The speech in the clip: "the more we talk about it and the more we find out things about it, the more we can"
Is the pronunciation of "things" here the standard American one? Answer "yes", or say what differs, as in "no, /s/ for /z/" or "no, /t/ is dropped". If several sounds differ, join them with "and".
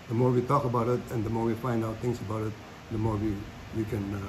no, /t/ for /θ/ and /s/ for /z/